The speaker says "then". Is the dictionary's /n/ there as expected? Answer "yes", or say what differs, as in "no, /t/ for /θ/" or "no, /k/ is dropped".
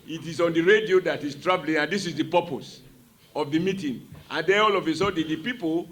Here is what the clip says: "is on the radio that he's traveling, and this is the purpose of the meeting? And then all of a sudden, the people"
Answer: no, /n/ is dropped